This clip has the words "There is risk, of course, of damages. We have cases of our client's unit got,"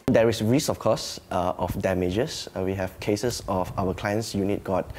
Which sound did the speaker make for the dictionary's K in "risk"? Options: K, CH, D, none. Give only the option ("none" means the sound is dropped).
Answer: none